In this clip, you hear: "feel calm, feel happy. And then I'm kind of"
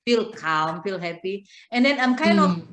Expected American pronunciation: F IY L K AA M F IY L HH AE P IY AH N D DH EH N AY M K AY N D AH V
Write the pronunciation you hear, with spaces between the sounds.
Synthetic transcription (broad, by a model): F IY L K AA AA F IY L HH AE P IY AH N D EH N AY M K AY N AH